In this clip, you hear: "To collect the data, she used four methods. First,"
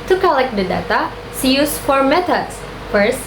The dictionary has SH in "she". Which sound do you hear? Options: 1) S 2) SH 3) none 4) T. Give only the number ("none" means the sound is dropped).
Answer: 1